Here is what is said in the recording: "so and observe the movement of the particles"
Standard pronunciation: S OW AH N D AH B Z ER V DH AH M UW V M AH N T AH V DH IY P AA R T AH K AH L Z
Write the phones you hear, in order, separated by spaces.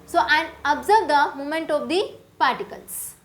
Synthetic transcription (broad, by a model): S OW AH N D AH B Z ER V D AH M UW M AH N T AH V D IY P AA R T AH K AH L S